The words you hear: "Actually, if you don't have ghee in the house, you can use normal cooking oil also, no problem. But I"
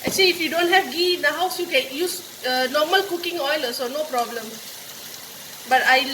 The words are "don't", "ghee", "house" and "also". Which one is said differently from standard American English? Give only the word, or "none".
also